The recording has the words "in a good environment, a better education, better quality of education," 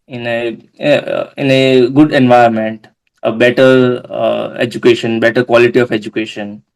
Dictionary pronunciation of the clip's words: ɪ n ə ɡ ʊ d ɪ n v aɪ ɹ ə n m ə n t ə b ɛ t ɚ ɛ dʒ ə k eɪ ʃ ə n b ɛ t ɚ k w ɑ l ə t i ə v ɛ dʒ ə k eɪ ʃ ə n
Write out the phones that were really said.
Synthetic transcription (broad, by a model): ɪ n ə ɡ ʊ d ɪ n v aɪ ə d m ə n t ə b ɛ t ɚ ɛ dʒ ə k eɪ ʃ ə n b ɛ t ɚ k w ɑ l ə t i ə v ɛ dʒ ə k eɪ ʃ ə n